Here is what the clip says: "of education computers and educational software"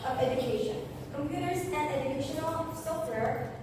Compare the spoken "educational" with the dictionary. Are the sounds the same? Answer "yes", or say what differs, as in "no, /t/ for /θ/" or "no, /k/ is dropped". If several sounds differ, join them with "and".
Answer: yes